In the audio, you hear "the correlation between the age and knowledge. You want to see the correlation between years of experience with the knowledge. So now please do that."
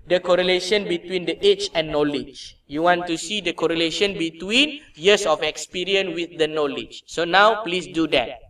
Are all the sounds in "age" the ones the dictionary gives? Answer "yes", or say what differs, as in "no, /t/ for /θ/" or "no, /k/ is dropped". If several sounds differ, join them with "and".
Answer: no, /tʃ/ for /dʒ/